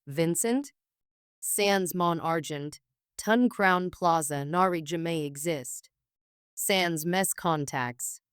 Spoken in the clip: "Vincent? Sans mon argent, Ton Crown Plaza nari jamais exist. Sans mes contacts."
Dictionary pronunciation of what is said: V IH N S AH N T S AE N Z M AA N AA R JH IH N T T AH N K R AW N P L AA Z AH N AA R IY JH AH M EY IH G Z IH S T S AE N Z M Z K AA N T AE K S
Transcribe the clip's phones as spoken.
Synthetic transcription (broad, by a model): V IH N S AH N T S AE N Z M AA N AA R JH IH N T T AH N K R AW N P L AA Z AH N AA R IY JH AH M EY IH G Z IH S T S AE N Z M S K AA N T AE K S